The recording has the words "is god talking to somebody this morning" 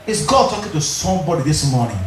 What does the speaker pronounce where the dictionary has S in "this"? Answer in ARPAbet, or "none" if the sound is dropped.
S